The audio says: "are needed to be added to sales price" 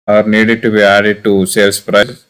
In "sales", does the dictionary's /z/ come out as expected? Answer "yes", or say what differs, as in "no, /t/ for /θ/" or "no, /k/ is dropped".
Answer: no, /s/ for /z/